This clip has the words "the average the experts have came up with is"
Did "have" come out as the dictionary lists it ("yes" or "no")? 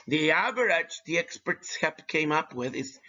no